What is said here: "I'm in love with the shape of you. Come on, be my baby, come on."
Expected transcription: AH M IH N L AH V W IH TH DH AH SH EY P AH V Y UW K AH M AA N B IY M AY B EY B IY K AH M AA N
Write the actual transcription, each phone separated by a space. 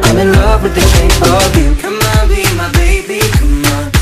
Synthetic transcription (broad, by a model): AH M IH N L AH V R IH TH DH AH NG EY AH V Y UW K AH M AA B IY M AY B EY B IY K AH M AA